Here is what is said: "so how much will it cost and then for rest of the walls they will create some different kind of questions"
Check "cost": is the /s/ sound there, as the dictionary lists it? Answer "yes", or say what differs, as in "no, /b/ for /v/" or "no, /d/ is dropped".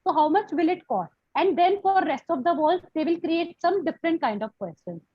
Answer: no, /s/ is dropped